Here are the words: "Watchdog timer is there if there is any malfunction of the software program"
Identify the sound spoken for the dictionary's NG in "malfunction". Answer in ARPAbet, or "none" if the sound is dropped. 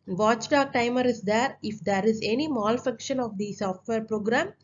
none